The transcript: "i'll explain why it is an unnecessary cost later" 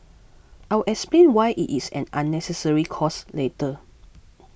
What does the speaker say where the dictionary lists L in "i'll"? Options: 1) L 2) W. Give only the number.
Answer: 2